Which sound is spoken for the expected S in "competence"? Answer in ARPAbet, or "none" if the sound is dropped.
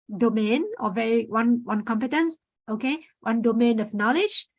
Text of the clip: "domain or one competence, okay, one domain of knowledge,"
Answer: S